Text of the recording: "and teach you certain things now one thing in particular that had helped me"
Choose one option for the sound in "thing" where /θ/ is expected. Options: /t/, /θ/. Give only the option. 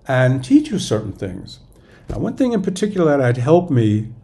/θ/